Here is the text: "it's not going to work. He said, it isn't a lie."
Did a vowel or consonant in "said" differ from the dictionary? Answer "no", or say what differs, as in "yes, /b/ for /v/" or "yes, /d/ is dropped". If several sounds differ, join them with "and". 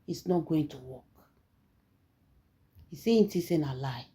yes, /d/ is dropped